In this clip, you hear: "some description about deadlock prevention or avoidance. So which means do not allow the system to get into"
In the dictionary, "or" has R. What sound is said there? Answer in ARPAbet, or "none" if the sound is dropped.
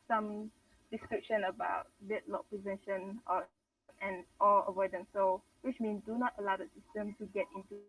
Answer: L